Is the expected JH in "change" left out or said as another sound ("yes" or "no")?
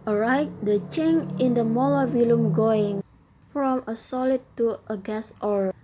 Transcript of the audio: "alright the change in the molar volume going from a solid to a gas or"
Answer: yes